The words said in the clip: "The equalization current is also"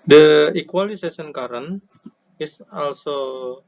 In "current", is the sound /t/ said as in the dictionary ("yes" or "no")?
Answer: no